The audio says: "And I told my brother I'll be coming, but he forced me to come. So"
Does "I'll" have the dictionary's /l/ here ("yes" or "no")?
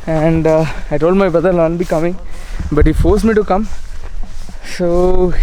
no